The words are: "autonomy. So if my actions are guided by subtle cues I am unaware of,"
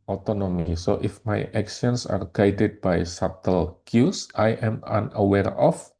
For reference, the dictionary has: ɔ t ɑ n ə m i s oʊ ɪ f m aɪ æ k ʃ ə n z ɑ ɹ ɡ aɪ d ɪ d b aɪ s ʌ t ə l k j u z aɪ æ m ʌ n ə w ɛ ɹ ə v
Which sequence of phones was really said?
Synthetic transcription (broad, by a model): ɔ t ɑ n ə m i s oʊ ɪ f m aɪ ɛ k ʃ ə n s ɑ ɹ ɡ aɪ d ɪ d b aɪ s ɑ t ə l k j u s aɪ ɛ m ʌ n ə w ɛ ɹ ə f